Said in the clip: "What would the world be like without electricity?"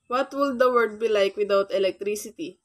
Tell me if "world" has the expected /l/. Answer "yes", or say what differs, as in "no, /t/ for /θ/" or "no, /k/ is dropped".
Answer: no, /l/ is dropped